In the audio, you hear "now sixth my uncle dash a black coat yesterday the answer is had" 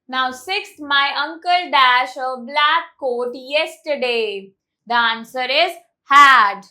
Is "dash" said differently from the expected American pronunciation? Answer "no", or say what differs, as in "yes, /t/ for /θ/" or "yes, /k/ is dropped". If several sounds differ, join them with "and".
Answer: no